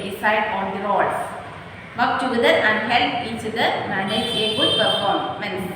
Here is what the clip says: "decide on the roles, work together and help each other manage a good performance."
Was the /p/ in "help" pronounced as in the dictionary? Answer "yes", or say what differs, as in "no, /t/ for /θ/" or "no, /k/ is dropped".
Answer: no, /p/ is dropped